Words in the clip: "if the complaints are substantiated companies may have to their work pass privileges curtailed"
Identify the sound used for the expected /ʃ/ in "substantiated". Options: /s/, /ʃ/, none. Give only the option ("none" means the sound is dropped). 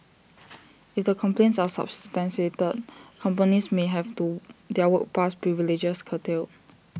/s/